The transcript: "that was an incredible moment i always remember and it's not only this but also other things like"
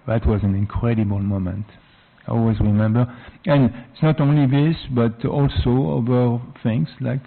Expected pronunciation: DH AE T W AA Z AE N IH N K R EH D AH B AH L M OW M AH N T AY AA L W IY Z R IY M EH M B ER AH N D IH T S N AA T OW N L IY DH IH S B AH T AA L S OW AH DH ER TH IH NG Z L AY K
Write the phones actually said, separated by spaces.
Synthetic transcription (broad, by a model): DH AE T W AA Z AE N IH N K R EH D AH B AH L M OW M AH N T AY AA L W IY Z R IY M EH M B ER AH N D IH T S N AA T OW N L IY DH IH S B AH T AA L S OW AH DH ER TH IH NG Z L AY K